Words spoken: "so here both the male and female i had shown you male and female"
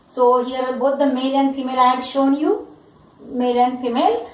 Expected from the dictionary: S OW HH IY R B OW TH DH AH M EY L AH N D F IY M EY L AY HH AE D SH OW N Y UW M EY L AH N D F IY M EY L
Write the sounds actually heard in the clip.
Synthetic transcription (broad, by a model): S OW HH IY R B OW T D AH M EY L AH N F IY M EY L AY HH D SH OW N Y UW M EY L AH N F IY M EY L